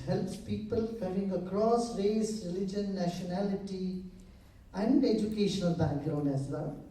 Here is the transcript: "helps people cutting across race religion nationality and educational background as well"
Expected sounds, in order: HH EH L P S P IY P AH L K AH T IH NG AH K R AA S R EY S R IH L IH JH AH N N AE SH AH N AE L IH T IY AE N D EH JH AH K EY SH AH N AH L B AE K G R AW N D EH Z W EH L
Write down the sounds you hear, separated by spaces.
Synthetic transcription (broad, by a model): HH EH L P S P IY P AH L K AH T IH NG AH K R AA S R EY S R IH L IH JH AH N N AE SH AH N AE L IH T IY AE N D EH JH AH K EY SH AH N AH L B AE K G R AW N EH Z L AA